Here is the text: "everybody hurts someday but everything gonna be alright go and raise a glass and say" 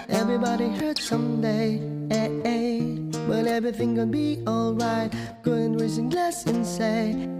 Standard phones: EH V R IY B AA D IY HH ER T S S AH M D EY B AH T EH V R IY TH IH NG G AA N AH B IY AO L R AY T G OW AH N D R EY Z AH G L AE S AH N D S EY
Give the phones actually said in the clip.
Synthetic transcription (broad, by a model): EH V R IY B AA D IY HH ER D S S AH M D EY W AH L EH V R IY TH IH NG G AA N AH B IY AO L R AY T G OW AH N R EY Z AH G L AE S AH N S EY